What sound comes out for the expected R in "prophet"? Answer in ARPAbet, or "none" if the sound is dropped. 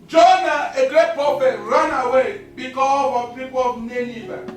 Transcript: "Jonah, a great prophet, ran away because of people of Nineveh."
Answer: none